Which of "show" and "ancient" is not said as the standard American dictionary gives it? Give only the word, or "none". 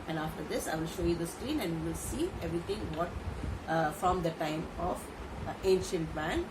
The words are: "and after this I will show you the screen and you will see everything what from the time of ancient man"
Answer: none